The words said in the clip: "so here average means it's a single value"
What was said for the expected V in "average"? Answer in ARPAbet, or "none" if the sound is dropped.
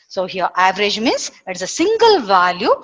V